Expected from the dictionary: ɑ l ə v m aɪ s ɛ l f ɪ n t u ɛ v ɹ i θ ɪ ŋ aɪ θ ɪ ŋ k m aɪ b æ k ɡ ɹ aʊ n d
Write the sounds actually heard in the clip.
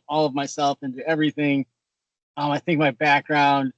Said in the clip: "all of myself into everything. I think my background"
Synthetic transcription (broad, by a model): ɑ l ə v m aɪ s ɛ l f ɪ n t u ɛ v ɹ i θ ɪ ŋ aɪ θ ɪ ŋ k m aɪ b æ k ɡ ɹ aʊ n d